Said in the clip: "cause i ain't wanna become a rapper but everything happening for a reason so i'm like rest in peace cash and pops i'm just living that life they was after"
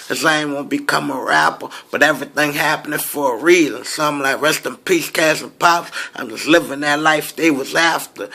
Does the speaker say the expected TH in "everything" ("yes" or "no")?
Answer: yes